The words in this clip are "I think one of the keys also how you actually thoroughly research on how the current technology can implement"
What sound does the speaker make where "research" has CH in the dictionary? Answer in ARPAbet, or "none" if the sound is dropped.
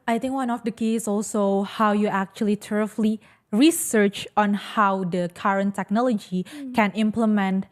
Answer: CH